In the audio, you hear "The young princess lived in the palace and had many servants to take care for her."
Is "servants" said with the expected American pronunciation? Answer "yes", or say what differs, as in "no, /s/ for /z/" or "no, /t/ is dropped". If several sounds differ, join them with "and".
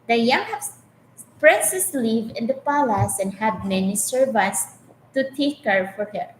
no, /n/ is dropped